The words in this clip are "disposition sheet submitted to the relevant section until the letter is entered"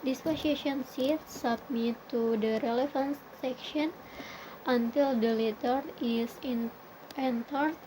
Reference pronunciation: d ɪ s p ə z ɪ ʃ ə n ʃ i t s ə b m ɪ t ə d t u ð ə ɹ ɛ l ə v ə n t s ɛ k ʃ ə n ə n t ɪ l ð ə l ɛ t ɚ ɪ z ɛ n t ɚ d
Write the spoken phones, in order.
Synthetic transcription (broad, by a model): d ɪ s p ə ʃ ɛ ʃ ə n s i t s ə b m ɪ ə t u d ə ɹ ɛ l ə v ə n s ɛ k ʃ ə n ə n t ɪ l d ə l ɛ t ɚ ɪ s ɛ n t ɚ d